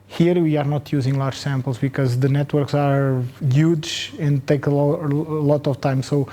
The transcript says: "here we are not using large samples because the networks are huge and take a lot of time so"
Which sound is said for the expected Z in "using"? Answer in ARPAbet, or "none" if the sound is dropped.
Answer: Z